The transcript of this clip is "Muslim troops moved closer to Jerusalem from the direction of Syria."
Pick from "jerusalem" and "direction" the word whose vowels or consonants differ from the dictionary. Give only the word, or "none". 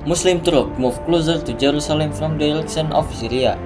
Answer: direction